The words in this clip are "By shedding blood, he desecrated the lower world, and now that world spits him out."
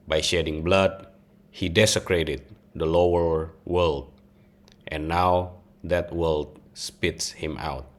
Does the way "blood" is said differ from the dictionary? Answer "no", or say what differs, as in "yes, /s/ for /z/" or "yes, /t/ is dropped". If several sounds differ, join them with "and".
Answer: no